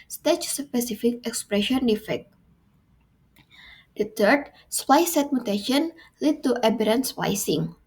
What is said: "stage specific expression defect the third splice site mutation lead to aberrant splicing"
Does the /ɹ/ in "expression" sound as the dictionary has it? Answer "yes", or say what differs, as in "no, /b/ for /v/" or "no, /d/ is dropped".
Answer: yes